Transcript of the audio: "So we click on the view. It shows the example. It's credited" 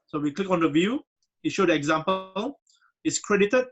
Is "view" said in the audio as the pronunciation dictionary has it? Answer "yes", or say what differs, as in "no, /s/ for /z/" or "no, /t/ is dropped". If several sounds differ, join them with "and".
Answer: yes